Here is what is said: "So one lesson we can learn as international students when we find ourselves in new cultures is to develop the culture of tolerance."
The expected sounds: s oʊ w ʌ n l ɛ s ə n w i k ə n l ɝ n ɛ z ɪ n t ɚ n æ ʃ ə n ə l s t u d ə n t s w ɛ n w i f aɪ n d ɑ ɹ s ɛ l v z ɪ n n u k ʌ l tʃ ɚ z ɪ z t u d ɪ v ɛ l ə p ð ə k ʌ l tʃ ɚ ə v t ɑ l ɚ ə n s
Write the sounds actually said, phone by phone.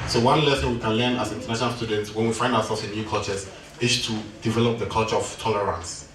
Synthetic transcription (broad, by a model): s oʊ w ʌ n l ɛ s ə n w i k ə n l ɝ n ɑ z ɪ n t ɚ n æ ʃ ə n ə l s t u d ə n t s w ɛ n w i f aɪ n d ɑ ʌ s ɛ l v s ɪ n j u k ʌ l tʃ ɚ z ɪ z t u d ɪ v ɛ l ə p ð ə k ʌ l tʃ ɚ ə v t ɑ l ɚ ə n s